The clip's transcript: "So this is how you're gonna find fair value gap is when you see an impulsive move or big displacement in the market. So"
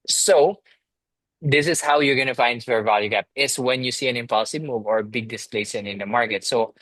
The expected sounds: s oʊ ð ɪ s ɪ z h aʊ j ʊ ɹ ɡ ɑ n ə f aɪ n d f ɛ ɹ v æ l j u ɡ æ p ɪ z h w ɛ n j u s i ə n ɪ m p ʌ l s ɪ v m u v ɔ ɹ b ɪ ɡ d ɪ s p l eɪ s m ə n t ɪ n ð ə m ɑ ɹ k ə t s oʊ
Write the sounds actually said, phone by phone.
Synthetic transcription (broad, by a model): s oʊ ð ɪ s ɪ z h aʊ j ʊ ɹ ɡ ɑ n ə f aɪ n d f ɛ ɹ v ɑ l j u ɡ æ p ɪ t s w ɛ n j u s i ə n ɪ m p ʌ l s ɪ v m u v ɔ ɹ b ɪ ɡ d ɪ s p l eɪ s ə n ɪ n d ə m ɑ ɹ k ə t s oʊ